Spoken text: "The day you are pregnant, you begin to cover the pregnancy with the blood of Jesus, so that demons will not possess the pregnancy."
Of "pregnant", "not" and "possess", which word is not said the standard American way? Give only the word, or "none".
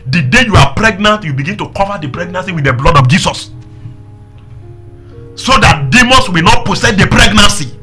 possess